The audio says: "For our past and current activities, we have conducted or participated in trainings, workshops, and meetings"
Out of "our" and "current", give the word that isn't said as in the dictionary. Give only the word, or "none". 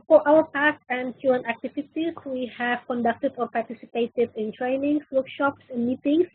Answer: current